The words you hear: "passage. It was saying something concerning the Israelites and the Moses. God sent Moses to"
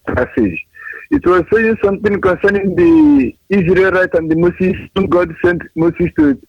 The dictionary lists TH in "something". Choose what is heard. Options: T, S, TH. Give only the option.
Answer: T